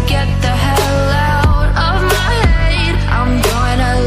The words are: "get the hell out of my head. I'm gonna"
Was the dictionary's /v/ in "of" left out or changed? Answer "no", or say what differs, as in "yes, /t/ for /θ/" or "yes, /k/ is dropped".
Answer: no